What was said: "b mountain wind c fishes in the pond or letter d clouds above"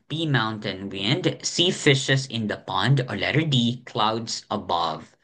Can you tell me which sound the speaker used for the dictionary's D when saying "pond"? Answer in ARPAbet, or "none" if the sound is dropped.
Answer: D